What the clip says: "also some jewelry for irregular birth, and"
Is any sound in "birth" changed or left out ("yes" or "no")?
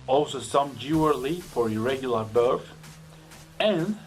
yes